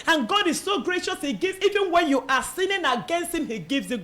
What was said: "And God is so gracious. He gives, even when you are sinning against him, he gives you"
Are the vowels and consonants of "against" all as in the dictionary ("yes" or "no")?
yes